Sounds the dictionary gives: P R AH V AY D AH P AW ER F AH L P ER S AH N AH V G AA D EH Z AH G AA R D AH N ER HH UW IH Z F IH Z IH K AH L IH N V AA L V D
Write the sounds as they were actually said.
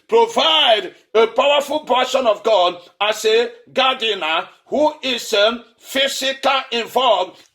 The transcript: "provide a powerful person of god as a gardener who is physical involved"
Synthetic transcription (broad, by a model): P R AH V AY D AH P AW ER F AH L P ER SH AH N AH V G AA D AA S AH G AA D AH N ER HH UW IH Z F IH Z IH K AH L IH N V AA L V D